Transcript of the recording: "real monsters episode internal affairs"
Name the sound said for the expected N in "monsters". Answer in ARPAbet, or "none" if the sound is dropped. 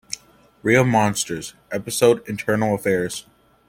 N